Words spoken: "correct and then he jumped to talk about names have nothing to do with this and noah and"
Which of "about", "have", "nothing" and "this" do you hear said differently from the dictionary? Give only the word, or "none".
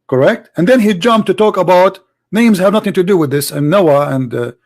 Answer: none